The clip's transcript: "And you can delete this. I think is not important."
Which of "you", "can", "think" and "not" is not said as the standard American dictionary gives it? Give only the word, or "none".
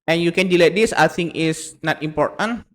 think